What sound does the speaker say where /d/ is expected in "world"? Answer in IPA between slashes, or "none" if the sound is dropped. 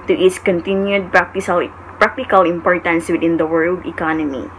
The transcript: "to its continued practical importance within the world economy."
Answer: /d/